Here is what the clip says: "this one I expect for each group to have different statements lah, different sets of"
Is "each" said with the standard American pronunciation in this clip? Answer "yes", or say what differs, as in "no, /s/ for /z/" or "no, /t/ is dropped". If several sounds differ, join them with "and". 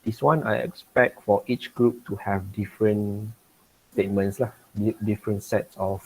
yes